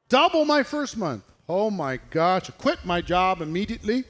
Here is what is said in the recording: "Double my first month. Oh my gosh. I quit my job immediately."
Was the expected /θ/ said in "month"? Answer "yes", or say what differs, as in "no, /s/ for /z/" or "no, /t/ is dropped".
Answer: yes